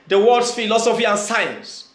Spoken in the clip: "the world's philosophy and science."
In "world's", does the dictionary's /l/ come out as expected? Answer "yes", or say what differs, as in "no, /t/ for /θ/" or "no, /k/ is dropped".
no, /l/ is dropped